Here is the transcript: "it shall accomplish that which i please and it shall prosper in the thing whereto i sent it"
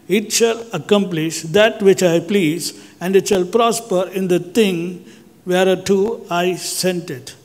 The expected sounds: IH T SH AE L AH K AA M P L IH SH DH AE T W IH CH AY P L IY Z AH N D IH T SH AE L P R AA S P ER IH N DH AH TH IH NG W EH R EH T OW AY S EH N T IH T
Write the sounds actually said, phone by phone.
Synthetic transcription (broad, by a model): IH T SH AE L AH K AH M P L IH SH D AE T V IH CH AY P L IY Z AH N D IH T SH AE L P R AA S P ER IH N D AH T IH NG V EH R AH T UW AY S EH N T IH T